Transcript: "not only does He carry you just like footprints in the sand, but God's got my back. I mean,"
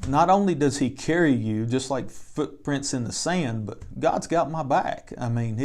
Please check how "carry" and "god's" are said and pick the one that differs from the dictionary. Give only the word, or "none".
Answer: none